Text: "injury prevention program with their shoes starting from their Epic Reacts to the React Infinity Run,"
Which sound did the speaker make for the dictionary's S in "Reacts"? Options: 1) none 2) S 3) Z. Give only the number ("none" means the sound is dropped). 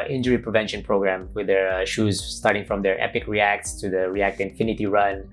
2